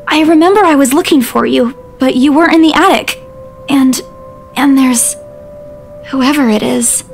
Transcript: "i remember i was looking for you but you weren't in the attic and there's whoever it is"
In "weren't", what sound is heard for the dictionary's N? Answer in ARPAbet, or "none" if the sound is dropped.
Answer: none